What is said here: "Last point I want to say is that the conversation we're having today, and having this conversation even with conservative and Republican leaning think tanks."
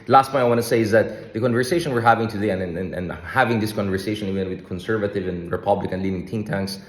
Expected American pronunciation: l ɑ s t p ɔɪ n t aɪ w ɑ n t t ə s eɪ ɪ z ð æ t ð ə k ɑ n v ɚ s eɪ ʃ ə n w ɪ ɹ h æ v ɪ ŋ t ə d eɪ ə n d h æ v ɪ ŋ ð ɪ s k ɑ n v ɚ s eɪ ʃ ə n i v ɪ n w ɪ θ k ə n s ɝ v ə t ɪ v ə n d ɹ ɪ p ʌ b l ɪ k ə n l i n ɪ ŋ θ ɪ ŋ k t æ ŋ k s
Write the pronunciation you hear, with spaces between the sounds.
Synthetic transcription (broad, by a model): l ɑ s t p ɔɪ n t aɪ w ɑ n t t s eɪ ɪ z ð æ t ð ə k ɑ n v ɚ s eɪ ʃ ə n w ɪ ɹ h æ v ɪ ŋ t ə d eɪ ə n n h æ v ɪ ŋ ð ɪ s k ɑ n v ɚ s eɪ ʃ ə n i v ɪ n w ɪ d k ə n s ɝ v ə t ɪ v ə n ɹ ɪ p ʌ b l ɪ k ə n l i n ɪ ŋ t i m t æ ŋ k s